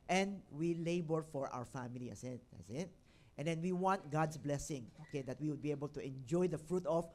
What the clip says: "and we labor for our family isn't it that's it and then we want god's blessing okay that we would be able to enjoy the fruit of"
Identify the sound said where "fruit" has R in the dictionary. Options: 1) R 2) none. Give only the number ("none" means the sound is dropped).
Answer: 1